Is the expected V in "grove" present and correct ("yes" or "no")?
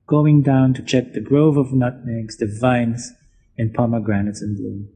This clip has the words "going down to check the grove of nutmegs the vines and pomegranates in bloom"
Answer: yes